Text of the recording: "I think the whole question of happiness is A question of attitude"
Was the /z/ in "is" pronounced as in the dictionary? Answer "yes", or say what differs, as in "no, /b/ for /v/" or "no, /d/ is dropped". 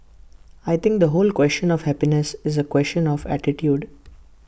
yes